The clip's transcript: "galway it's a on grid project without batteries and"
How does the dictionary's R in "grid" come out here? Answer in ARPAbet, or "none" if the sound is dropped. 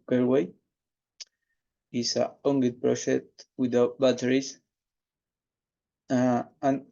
none